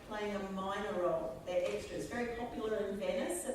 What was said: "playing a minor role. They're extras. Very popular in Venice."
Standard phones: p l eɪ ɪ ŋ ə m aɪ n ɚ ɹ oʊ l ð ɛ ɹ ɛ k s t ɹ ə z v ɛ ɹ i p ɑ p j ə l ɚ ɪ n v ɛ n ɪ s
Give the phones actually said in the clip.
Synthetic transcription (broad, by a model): p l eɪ ɪ ŋ ə m aɪ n ɚ ɹ oʊ l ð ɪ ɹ ɛ k s t ɹ ə z v ɛ ɹ i p ɑ p j ə ɚ ɪ n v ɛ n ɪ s